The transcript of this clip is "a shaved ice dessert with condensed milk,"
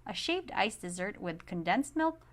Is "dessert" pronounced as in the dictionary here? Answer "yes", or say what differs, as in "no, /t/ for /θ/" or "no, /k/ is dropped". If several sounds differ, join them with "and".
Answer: yes